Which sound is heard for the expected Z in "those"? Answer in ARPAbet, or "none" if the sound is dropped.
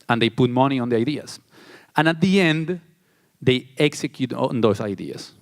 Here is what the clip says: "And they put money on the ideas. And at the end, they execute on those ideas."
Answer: S